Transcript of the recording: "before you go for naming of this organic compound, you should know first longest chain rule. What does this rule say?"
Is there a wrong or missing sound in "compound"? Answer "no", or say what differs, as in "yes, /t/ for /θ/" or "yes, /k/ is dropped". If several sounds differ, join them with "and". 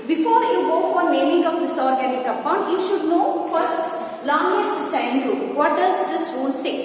yes, /m/ is dropped